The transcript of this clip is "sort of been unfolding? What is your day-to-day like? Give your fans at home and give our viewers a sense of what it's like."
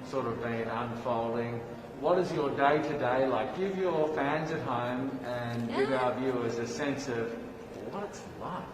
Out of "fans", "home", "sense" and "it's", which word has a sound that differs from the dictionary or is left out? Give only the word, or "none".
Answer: none